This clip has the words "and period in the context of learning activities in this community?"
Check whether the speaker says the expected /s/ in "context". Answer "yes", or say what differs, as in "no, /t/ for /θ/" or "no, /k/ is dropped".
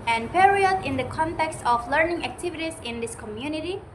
yes